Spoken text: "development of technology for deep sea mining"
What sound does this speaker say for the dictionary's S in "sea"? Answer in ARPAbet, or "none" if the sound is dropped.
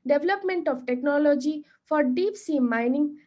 S